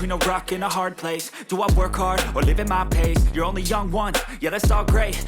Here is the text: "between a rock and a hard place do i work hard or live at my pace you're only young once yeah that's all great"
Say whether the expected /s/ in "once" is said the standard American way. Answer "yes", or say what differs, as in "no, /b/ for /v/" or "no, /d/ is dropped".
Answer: no, /s/ is dropped